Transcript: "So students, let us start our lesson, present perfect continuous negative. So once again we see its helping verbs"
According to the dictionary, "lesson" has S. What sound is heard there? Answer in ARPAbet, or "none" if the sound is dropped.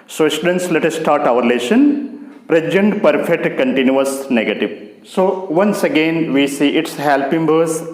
SH